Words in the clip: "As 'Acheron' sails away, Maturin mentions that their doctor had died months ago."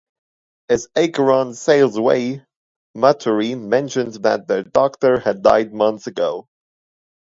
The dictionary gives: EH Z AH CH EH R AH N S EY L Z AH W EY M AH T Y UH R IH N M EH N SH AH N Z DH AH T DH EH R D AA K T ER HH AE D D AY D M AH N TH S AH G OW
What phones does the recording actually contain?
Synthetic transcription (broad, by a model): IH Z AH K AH R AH N S EY L Z AH W EY M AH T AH R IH M EH N SH AH N Z DH AH T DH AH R D AA K T ER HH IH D D AY D M AH N TH S AH G OW